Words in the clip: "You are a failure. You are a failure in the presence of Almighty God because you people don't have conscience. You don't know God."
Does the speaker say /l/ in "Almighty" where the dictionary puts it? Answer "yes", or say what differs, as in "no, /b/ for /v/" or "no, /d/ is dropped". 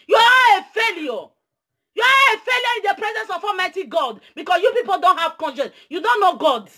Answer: no, /l/ is dropped